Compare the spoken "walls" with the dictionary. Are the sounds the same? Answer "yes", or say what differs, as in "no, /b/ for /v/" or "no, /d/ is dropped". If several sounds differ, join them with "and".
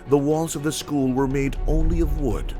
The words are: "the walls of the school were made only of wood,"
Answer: yes